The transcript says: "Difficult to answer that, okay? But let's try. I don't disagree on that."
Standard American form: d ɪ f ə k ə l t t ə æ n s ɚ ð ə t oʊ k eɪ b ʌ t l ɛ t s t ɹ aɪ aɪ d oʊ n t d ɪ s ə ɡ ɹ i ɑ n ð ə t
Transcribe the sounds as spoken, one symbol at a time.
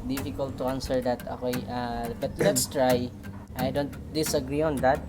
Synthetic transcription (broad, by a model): d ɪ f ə k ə l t t ə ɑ n s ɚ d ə t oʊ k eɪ b ʌ t l ɛ t s t ɹ aɪ aɪ d oʊ n t d ɪ s ə ɡ ɹ i ɑ n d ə t